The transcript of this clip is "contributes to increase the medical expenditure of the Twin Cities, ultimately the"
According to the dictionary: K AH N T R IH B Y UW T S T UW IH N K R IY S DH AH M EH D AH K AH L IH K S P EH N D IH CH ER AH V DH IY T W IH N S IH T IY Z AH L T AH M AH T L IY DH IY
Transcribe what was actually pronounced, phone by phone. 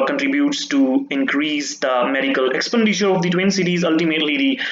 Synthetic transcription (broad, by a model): K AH N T R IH B Y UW T S T UW IH N K R IY S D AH M EH D AH K AH L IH K S P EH N D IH SH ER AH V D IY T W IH N S IH T IY Z AH L T AH M AH T L IY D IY